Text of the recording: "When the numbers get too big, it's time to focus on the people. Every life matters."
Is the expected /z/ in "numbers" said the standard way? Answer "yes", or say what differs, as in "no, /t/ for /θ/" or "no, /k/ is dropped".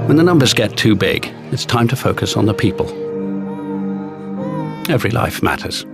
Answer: yes